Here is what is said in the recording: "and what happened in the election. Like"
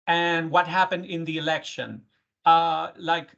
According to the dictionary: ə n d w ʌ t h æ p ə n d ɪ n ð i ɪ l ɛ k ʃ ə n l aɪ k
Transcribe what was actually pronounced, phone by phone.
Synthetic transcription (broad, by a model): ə n w ʌ t h æ p ə n d ɪ n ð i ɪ l ɛ k ʃ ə n l aɪ k